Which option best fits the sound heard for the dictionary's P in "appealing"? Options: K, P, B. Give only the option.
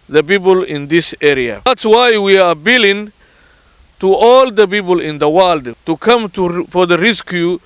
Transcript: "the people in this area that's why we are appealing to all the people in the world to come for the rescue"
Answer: B